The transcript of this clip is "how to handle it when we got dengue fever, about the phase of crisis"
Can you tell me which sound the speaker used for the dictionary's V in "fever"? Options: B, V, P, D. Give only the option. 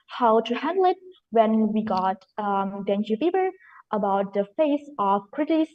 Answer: B